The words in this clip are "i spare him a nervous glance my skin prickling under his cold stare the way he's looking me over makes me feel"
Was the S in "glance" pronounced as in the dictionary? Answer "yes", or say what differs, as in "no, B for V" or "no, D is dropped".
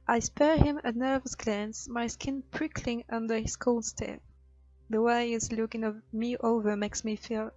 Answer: yes